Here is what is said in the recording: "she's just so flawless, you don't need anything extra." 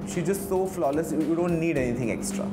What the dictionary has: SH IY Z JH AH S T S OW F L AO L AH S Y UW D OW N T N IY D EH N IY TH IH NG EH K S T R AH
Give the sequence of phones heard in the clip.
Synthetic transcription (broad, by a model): SH IY JH AH S T S OW F L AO L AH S Y UW D OW N T N IY D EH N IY T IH NG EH K S T R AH